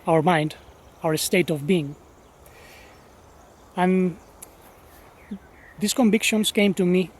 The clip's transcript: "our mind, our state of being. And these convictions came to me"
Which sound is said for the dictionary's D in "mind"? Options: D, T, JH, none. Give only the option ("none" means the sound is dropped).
D